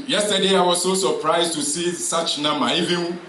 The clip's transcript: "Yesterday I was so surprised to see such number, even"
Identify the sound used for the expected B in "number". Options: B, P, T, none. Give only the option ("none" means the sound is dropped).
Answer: none